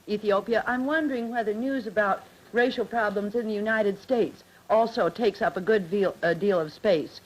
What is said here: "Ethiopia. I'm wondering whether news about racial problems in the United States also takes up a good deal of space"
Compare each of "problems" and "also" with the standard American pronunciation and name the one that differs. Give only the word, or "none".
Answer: none